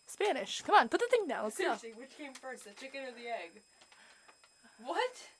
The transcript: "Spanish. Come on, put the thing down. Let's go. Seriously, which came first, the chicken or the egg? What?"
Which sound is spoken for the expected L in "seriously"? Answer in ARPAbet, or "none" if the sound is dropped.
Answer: none